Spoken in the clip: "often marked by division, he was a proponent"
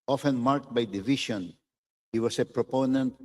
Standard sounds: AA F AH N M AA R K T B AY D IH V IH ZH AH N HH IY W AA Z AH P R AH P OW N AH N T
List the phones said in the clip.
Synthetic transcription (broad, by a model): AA F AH N M AA R K T B AY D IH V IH SH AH N HH IY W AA S AH P R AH P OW N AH N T